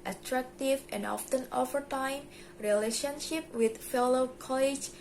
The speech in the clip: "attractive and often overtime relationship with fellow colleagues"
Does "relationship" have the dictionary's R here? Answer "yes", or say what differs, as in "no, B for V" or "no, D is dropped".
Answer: yes